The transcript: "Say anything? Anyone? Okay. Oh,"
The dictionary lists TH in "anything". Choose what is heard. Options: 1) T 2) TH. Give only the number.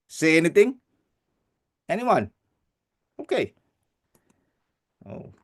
1